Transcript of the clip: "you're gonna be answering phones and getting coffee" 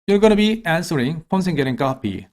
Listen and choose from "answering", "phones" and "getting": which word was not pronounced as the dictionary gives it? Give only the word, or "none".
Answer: phones